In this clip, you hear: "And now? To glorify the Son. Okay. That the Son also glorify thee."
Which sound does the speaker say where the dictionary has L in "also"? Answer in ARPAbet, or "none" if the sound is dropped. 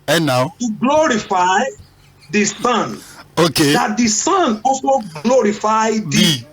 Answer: none